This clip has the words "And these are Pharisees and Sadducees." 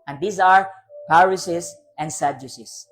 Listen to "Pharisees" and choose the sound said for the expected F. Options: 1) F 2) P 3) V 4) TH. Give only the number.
2